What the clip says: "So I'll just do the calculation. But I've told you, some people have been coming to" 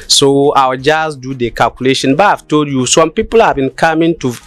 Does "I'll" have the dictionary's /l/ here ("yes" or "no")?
no